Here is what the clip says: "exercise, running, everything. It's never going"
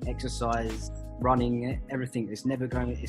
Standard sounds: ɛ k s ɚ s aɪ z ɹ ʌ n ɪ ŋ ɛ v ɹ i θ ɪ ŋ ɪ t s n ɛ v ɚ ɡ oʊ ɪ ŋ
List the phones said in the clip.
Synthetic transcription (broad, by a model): ɛ k s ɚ s aɪ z ɹ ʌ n ɪ ŋ ɛ v ɹ i θ ɪ ŋ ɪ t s n ɛ v ɚ ɡ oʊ ɪ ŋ